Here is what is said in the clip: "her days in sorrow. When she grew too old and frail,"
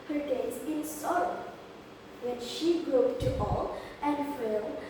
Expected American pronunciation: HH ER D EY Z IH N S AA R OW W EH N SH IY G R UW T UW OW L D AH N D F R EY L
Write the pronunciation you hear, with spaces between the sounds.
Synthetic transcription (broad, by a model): HH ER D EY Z IH N S AA R OW W EH N SH IY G R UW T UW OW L AH N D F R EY